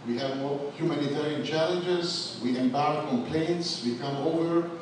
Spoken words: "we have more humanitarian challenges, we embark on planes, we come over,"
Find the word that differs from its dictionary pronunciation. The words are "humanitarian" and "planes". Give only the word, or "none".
planes